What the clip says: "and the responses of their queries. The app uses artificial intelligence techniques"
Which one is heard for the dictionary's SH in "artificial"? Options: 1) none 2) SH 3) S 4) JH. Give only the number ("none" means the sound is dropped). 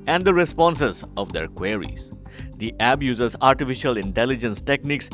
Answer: 2